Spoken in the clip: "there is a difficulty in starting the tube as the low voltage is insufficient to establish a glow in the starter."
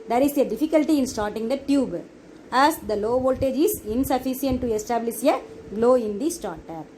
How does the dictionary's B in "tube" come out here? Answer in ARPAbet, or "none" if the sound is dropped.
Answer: B